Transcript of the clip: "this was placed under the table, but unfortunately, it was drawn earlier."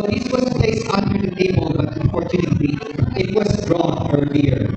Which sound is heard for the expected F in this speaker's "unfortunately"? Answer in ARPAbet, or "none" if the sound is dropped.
P